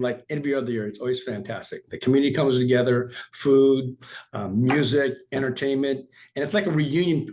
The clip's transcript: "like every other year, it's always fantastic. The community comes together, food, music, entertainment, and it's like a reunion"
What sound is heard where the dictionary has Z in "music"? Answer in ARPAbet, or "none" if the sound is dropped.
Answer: Z